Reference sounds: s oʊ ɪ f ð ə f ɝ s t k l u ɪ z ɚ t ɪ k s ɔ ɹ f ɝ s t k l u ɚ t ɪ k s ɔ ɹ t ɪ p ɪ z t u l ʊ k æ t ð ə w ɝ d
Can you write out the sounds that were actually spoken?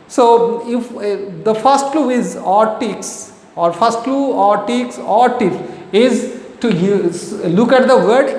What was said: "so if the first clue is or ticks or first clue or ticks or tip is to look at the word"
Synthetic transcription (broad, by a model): s oʊ ɪ f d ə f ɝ s t k l u ɪ z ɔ t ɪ k s ɔ ɹ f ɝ s t k l u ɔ t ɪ k s ɔ ɹ t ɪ f ɪ z t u l ʊ k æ t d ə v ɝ d